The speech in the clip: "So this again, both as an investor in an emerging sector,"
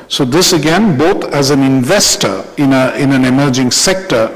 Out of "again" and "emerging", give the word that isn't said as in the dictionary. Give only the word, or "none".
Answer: none